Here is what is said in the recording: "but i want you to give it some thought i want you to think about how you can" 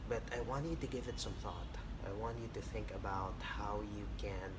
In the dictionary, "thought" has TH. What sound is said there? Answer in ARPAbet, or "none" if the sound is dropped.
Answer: TH